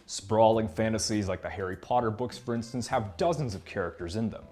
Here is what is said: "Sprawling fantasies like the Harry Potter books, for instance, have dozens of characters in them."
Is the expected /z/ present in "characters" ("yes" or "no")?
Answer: yes